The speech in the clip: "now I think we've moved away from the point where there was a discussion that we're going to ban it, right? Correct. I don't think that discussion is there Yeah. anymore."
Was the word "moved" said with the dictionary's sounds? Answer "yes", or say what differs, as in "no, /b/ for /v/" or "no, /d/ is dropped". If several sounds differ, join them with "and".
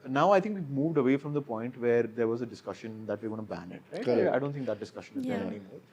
yes